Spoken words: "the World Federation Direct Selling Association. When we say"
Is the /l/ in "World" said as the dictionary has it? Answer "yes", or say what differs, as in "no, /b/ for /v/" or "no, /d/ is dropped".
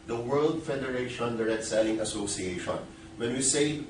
yes